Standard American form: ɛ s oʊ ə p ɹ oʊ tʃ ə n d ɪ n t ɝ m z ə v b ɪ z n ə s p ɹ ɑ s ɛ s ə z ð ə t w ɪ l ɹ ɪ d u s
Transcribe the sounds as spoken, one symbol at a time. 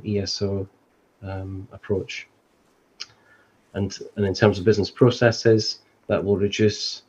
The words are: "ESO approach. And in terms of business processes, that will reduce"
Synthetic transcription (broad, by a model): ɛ s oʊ ə p ɹ oʊ tʃ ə n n ɪ n t ɝ m z ə v b ɪ z n ə s p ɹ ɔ s ɛ s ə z ð ə t w ɪ l ɹ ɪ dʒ u s